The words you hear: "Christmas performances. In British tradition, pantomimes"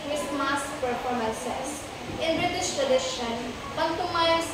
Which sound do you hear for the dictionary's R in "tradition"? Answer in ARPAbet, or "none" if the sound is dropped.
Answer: R